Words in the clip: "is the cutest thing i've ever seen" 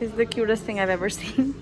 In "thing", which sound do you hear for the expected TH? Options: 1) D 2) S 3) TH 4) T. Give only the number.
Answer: 3